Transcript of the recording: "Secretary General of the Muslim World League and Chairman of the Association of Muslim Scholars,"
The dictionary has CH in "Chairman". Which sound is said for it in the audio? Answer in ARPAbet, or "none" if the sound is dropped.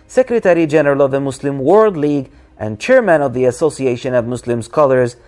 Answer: CH